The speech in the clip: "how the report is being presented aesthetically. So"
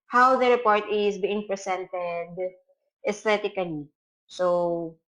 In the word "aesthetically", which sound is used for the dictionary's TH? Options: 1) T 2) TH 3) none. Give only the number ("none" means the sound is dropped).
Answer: 1